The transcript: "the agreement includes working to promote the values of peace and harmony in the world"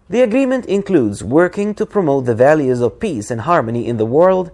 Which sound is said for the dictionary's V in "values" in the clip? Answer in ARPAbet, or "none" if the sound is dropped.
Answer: V